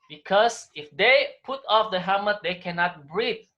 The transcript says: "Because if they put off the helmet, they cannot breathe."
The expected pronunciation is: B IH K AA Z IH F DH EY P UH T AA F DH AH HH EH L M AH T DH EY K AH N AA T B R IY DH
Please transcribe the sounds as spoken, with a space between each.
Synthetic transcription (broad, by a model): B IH K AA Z IH F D EY P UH T AA F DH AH HH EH M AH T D EY K AH N AA T B R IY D